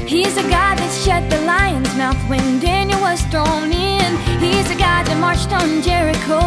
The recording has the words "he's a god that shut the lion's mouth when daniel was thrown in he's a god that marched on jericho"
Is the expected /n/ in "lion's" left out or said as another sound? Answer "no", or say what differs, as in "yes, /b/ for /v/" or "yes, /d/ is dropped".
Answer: no